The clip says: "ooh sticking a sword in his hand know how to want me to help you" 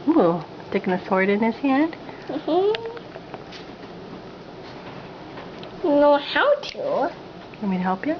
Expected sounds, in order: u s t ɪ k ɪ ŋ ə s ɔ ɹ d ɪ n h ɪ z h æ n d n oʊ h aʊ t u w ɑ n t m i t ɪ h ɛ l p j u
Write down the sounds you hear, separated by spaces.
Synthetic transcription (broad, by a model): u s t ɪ k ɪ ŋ ə s ɔ ɹ d ɪ n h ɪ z h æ n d n oʊ h aʊ t u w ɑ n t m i t ɪ h ɛ l p j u